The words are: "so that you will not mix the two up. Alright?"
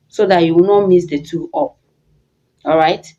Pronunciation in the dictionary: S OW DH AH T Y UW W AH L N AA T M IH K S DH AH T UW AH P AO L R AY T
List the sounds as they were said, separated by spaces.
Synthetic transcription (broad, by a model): S OW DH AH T Y UW W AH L N AA T M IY S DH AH T UW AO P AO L R AY T